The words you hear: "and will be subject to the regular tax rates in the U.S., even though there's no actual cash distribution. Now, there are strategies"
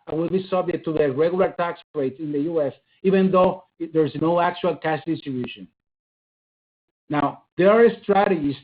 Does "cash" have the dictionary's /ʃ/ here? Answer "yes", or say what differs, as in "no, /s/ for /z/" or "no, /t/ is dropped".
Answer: no, /s/ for /ʃ/